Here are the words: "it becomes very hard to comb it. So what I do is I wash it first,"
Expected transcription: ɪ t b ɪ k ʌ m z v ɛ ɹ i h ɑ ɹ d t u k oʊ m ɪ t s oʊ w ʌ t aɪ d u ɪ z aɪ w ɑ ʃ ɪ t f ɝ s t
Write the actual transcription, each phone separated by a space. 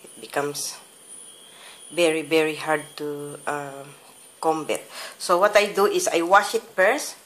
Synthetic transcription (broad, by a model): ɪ t b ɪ k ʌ m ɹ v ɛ ɹ i h ɑ ɹ d t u k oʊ m ɪ t s oʊ w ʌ t aɪ d u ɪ s aɪ w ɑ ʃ ɪ t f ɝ s